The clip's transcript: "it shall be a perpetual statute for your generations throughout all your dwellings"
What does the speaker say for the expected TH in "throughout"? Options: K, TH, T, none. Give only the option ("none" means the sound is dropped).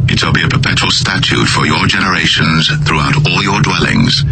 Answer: TH